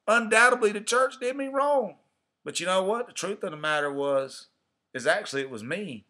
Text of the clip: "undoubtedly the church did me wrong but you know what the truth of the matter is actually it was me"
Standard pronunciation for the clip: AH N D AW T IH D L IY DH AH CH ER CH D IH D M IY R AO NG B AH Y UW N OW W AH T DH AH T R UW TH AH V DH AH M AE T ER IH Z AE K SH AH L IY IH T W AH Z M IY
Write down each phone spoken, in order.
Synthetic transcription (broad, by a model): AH N D AW T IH D L IY DH AH CH ER CH D IH D M IY R AO NG B AH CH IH N OW W AH T DH AH T R UW TH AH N DH AH M AE T ER IH Z AE K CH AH L IY IH T W AH Z M IY